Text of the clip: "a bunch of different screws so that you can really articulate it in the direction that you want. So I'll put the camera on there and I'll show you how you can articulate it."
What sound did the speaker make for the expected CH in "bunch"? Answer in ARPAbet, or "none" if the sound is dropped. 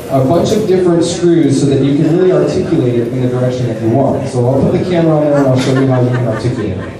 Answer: CH